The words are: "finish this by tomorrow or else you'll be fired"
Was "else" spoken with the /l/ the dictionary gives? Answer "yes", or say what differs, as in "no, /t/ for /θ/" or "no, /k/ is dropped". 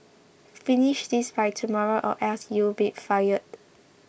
no, /l/ is dropped